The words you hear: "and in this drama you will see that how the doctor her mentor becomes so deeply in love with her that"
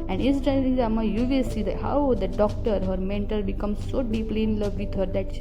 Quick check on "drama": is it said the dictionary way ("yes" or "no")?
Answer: no